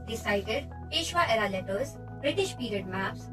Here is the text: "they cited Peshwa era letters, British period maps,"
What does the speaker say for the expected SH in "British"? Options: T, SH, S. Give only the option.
SH